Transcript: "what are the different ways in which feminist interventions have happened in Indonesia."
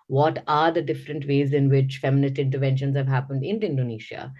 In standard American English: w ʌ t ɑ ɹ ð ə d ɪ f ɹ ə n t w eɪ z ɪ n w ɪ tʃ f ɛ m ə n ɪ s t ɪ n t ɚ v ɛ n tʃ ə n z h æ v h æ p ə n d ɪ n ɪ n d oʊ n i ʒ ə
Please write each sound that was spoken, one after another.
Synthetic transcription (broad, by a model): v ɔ t ɑ ɹ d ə d ɪ f ɹ ə n t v eɪ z ɪ n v ɪ tʃ f ɛ m ə n ɪ s t ɪ n t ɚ v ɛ n ʃ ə n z h æ v h æ p ə n d ɪ n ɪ n d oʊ n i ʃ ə